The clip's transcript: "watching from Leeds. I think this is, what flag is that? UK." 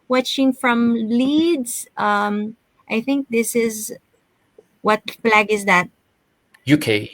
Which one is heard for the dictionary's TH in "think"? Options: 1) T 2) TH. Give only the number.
2